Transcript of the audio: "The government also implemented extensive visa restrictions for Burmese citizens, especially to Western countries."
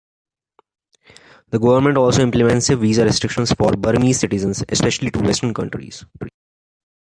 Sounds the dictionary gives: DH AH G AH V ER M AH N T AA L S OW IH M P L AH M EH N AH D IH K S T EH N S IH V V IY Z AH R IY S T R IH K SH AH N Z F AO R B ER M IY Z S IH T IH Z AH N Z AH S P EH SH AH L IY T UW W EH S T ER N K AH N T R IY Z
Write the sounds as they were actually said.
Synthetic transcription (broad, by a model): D AH G AH V ER M AH N T AA L S OW IH M P L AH M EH N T S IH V V IY Z AH R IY S T R IH K SH AH N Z F AO R B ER M IY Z S IH T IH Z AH N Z AH S P EH SH AH L IY T UW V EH S T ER N K AH N T R IY Z